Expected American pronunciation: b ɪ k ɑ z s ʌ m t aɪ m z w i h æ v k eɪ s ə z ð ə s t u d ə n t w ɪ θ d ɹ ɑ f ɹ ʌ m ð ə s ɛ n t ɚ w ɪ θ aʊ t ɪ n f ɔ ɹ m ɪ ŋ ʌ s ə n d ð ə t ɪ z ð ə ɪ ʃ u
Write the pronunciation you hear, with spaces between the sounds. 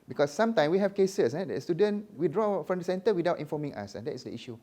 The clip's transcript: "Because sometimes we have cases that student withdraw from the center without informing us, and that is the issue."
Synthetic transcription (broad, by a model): b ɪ k ɑ s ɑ m t aɪ m w i h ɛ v k eɪ s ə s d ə s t u d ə n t w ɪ d ɹ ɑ f ɹ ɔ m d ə s ɛ n t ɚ w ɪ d aʊ t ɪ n f ɔ m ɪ ŋ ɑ s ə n d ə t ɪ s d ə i ʃ u